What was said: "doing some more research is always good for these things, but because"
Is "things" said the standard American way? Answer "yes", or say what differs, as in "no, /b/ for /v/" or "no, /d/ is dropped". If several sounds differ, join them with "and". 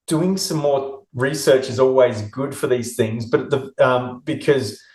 yes